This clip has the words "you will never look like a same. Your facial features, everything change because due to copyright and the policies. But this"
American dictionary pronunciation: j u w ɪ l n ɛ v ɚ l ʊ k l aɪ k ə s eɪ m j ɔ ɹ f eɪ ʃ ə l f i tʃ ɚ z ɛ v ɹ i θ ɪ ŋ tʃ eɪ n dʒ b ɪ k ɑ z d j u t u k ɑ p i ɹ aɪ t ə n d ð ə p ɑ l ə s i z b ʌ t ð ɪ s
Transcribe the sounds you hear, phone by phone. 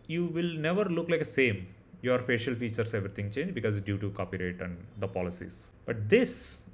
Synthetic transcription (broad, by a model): j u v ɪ l n ɛ v ɚ l ʊ k l aɪ k ə s eɪ m j ɔ ɹ f eɪ ʃ ə l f i tʃ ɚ s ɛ v ɹ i t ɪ ŋ tʃ eɪ n dʒ b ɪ k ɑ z d j u t u k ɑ p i ɹ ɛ t ə n d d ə p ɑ l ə s i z b ʌ t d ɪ s